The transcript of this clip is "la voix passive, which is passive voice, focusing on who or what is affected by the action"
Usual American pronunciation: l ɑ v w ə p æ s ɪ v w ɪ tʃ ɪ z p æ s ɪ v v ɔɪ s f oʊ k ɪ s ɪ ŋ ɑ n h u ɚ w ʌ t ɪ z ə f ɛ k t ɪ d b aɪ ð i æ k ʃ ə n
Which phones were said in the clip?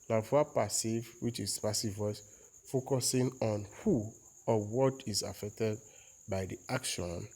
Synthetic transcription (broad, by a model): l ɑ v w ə p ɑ s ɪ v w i tʃ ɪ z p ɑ s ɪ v w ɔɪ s f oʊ k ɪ s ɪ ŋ ɑ n h u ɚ w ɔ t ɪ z ə f ɛ k t ɪ d b aɪ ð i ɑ k ʃ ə n